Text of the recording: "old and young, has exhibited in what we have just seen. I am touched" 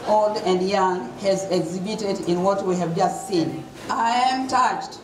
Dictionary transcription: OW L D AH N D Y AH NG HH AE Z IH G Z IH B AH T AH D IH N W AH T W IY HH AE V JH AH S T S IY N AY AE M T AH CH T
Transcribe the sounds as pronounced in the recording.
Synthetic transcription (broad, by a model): OW L D AH N D Y AH NG HH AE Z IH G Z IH B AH T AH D IH N W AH T W IY HH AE V JH AH S T S IY N AY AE M T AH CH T